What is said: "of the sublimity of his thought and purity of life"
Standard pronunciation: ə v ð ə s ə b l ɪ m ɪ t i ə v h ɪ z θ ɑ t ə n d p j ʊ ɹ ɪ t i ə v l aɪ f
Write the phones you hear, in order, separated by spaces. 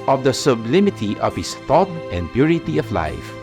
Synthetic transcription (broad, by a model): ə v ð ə s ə b l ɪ m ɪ t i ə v h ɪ s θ ɑ t ə n d p j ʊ ɹ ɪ t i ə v l aɪ f